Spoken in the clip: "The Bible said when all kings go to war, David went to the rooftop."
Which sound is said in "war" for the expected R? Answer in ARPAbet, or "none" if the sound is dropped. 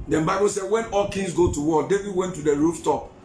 L